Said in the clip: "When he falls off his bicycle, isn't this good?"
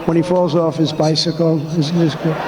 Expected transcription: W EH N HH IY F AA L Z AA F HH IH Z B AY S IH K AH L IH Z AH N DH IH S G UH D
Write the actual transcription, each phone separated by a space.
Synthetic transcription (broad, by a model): W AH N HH IY F AA L Z AA F HH IH Z B AY S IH K L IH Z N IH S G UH